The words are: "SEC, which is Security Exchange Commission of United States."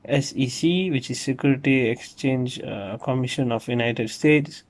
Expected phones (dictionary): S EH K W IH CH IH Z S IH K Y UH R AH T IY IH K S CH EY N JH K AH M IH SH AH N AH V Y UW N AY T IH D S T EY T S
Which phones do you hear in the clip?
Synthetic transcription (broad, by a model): S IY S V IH CH IH Z S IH K Y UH R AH T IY IH K S CH EY N JH K AH M IH SH AH N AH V Y UW N AY T IH D S T EY T S